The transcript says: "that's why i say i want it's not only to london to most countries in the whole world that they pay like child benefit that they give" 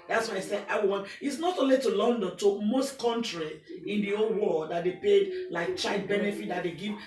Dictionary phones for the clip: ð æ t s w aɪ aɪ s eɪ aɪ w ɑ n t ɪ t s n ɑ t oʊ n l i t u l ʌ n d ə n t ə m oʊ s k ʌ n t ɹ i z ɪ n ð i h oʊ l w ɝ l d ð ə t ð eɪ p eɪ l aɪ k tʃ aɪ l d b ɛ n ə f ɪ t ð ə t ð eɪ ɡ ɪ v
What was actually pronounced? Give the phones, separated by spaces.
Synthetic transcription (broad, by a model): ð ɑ t s w aɪ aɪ s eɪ aɪ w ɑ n ɪ t s n ɑ t oʊ n l i t u l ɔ n d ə n t ə m oʊ s k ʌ n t ɹ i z ɪ n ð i oʊ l w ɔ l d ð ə t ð eɪ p eɪ l aɪ k tʃ aɪ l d b ɛ n ə f ɪ t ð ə t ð eɪ ɡ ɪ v